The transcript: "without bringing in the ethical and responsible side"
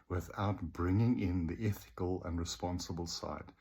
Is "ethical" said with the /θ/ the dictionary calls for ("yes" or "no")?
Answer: yes